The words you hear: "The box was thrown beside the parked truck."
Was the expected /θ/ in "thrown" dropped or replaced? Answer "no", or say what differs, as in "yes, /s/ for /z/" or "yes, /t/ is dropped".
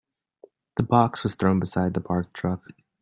no